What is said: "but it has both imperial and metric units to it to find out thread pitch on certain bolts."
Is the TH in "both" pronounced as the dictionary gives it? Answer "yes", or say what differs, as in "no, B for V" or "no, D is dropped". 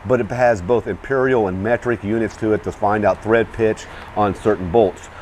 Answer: yes